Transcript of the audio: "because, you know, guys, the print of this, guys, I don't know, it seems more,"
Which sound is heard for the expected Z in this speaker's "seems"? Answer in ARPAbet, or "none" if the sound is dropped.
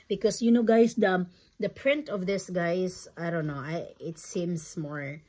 S